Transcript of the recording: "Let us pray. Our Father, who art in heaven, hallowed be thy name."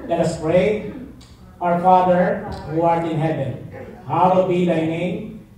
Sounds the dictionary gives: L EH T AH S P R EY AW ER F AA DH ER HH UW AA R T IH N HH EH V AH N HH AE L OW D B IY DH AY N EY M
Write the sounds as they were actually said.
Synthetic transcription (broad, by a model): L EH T AH S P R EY AW ER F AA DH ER HH UW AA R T IH N HH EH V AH N HH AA W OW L B IY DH AY N EY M